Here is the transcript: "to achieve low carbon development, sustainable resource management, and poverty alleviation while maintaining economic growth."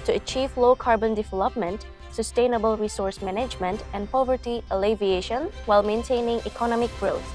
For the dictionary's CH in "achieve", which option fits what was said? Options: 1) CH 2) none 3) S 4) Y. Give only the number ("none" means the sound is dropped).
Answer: 1